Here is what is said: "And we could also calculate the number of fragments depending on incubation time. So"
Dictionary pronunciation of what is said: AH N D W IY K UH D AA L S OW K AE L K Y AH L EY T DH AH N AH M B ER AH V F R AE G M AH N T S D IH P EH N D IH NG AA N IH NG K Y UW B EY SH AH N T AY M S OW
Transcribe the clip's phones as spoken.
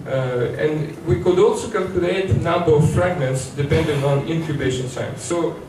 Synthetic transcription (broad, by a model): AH N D W IY K UH D AA L S OW K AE L K Y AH L EY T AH N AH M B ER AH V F R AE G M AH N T S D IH P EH N D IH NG AA N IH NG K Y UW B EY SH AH N S AY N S OW